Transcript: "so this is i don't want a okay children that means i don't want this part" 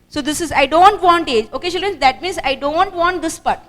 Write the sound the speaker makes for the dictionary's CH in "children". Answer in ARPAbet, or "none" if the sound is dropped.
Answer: SH